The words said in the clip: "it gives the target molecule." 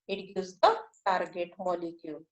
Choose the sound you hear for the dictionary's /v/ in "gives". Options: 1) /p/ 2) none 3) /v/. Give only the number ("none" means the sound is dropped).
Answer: 2